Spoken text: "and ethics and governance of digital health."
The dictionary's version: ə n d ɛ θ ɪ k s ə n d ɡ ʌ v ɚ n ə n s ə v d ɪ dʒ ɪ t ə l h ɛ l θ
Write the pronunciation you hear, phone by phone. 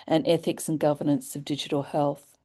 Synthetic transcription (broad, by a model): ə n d ɛ θ ɪ k s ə n ɡ ʌ v ɚ n ə n s ə v d ɪ dʒ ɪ t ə l h ɛ l θ